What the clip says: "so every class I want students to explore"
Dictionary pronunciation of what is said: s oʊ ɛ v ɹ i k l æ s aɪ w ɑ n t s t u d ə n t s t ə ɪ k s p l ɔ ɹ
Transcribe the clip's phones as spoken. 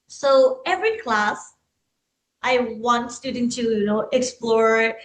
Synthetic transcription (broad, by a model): s oʊ ɛ v ɹ i k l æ s aɪ w ɑ n t s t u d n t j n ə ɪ k s p l ɔ ɹ